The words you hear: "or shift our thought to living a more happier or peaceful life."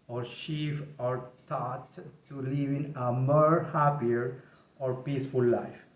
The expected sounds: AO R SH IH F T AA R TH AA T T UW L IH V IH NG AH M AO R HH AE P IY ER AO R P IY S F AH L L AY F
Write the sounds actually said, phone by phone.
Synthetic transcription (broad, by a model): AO R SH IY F AA R T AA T T UW L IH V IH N AH M AO R HH AE P IY ER AO R P IY S F AH L L AY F